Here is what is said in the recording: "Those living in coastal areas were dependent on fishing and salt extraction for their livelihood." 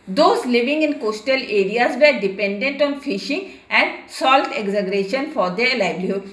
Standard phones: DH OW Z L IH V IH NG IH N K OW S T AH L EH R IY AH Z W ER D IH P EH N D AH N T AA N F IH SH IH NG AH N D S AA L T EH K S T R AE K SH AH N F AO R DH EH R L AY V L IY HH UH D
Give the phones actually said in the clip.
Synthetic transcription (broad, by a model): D OW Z L IH V IH NG IH N K OW S T AH L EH R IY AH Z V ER D IH P EH N D AH N T AA N F IH SH IH NG AH N D S AA L T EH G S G R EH SH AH N F AO R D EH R L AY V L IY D